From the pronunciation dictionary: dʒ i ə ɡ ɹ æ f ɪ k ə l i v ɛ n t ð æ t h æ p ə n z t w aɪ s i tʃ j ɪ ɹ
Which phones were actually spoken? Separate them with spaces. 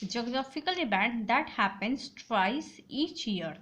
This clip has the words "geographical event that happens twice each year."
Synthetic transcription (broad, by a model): dʒ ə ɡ ɹ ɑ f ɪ k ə l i b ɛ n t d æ t h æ p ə n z t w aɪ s i tʃ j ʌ ɹ